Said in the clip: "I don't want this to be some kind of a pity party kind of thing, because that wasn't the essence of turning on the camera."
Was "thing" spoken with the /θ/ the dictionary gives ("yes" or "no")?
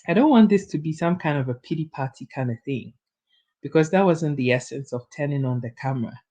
yes